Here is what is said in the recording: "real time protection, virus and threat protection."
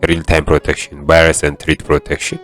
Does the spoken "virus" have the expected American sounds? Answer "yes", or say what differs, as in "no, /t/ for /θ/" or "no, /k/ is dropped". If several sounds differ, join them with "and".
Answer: no, /b/ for /v/